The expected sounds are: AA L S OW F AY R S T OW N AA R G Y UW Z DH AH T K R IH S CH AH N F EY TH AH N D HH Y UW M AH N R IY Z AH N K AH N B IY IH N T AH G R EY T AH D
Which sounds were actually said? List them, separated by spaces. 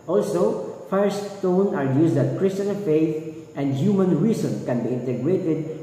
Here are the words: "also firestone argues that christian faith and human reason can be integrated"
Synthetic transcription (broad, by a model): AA L S OW F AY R S T OW N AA R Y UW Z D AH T K R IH S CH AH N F EY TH AH N D HH Y UW M AH N R IY S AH N K AH N B IY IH N T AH G R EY T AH D